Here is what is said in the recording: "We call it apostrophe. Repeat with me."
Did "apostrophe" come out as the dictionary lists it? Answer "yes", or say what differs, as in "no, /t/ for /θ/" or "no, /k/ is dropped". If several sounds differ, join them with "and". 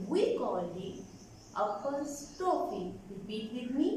no, /ɹ/ is dropped